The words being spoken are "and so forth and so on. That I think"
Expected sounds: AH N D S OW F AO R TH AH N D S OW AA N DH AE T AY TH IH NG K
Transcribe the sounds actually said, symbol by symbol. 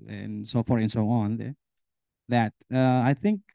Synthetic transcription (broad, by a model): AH N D S OW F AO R T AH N S OW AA N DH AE T AY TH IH NG K